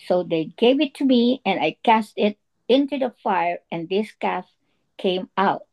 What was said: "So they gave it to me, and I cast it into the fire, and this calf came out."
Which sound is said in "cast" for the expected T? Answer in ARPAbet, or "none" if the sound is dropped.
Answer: T